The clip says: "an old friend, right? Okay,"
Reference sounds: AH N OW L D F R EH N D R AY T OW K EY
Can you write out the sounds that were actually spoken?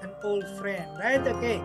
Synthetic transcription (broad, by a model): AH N OW L D F R EH N D R AY T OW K EY